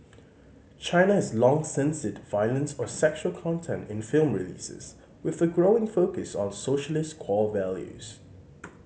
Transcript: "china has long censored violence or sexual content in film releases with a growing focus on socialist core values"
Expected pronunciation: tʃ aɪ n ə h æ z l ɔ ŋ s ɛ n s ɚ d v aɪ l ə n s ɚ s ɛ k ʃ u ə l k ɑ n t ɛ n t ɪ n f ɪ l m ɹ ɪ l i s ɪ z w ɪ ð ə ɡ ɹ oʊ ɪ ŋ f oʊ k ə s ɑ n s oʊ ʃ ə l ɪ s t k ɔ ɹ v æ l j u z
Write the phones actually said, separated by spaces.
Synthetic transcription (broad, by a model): tʃ aɪ n ə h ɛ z l ɔ ŋ s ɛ n s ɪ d v aɪ l ə n s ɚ s ɛ k ʃ u ə l k ɑ n t ɛ n t ɪ n f ɪ l m ɹ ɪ l i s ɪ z w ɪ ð ə ɡ ɹ oʊ ɪ ŋ f oʊ k ə s ɑ n s oʊ ʃ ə l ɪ s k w ɔ l v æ l j u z